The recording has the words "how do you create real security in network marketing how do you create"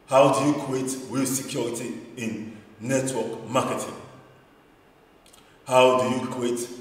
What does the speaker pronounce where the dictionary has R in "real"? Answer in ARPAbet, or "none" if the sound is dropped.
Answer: W